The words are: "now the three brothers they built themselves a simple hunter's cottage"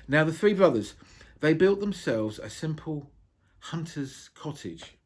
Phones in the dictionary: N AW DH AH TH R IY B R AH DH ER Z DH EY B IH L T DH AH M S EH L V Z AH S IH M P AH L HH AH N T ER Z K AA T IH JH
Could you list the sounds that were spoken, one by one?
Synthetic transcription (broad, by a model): N AW DH AH TH R IY B R AH DH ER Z DH EY B IH L T DH AH M S EH L V Z AH S IH M P AH L HH AH N T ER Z K AA T IH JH